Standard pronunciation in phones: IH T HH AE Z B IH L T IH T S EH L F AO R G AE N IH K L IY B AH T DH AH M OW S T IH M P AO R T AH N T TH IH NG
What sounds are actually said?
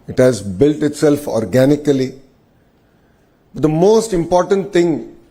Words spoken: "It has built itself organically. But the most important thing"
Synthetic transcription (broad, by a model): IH T HH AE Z B IH L T IH T S EH L F AO R G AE N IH K L IY B AH T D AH M OW S T IH M P AO R T AH N T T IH NG